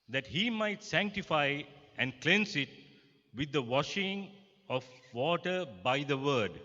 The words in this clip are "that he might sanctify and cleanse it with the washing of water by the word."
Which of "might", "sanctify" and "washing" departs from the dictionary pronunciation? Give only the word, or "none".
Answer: none